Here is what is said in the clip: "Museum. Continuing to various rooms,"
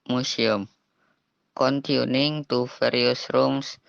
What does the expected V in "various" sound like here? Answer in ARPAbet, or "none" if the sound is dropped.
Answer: F